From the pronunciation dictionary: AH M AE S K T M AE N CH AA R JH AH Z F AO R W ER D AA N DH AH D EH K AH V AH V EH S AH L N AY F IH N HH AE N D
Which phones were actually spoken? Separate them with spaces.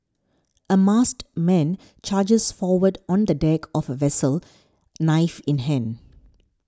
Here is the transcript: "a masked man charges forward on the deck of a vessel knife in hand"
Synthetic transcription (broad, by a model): AH M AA S T M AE N CH AA JH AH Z F AO W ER D AA N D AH D EH K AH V AH V EH S AH L N AY F IH N HH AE N